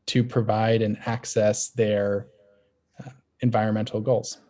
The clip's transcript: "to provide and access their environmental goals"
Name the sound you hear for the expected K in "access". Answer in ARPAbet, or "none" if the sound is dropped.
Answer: K